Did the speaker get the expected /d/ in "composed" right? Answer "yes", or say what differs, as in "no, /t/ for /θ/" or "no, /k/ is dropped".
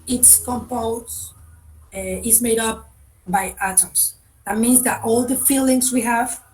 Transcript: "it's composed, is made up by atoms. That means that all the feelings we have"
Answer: no, /d/ is dropped